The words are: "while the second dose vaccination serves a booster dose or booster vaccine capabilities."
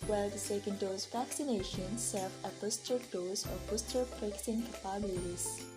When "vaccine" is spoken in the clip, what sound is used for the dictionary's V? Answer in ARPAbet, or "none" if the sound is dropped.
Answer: P